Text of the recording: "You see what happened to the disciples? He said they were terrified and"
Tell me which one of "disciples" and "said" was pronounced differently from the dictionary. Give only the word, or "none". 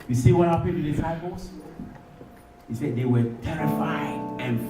disciples